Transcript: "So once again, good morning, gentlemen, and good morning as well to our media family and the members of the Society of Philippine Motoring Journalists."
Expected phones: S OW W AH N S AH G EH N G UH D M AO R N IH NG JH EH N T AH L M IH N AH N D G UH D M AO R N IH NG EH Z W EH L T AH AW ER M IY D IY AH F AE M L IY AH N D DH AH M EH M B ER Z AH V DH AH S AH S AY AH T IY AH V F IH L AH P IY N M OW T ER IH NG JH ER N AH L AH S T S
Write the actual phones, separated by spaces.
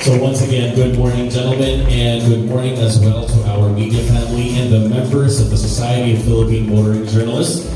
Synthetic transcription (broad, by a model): S OW W AH N S AH G EH N G UH D M AO R N IH NG JH EH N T L M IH N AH N G UH D M AO R N IH NG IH Z W EH L T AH AW ER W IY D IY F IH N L IY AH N DH AH M EH M B ER Z AH V DH AH S AH S AY AH T IY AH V F IH L AH P IY N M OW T ER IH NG JH ER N L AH S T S